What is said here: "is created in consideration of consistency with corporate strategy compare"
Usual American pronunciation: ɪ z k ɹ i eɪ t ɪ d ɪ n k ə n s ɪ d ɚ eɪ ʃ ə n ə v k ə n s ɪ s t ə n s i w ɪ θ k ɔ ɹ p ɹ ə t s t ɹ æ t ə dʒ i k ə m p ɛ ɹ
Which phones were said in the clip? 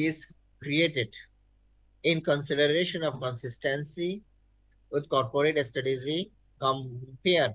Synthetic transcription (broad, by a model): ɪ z k ɹ i eɪ t ɪ d ɪ n k ə n s ɪ d ɚ eɪ ʃ ə n ə v k ə n s ɪ s t ə n s i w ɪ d k ɔ ɹ p ɹ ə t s t ʌ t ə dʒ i k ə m p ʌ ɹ